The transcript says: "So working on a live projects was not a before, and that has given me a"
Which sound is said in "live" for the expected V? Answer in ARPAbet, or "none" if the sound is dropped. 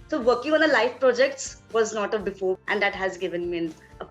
F